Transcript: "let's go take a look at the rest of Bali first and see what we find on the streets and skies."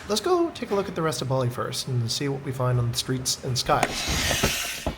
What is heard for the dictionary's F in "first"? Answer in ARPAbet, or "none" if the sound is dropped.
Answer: F